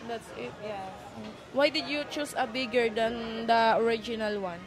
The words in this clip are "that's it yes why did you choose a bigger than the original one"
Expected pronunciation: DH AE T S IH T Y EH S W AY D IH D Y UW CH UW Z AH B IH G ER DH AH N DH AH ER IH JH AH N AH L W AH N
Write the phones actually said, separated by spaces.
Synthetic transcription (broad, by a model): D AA T S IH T Y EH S W AY D IH D Y UW CH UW S AH B IH G ER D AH N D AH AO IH JH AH N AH L W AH N